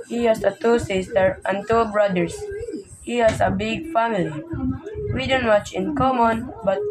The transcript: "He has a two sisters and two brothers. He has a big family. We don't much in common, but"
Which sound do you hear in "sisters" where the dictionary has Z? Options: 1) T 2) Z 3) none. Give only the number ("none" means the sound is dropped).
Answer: 3